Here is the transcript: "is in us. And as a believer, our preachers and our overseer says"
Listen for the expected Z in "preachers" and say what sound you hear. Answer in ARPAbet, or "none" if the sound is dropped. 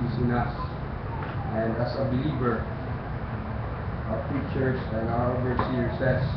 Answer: S